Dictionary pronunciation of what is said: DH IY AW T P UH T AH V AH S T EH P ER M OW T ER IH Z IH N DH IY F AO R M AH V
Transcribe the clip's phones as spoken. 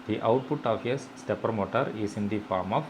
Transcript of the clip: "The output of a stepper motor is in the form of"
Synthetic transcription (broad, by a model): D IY AW T P UH T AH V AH S T EH P ER M OW T ER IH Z IH N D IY F AO R M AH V